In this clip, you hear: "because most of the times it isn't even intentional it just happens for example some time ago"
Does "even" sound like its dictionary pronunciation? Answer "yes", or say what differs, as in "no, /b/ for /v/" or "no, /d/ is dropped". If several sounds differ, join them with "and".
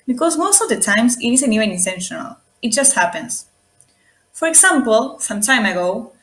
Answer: no, /w/ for /v/